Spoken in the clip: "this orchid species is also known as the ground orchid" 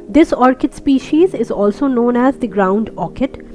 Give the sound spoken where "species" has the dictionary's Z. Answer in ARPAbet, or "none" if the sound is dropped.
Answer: Z